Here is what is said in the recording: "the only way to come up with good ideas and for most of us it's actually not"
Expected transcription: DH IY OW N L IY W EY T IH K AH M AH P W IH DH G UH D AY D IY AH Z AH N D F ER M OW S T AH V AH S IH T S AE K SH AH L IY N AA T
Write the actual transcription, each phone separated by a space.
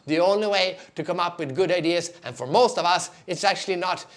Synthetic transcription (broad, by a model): DH IY OW N L IY W EY T IH K AH M AH P W IH DH G UH D AY D IY AH Z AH N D F ER M OW S T AH V AH S IH T S AE K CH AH L IY N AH T